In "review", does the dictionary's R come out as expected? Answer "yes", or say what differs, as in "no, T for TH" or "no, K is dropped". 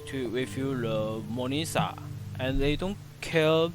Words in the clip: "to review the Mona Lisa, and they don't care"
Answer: no, W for R